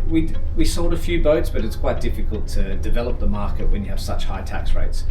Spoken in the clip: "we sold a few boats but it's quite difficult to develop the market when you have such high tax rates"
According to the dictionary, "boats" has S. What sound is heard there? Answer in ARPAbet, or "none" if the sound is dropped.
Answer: S